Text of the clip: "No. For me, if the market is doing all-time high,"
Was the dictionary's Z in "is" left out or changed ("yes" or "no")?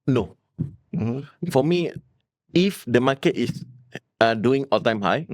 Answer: yes